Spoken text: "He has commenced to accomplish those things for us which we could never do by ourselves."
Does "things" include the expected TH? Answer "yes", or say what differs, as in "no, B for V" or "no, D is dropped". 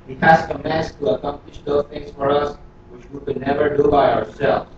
no, T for TH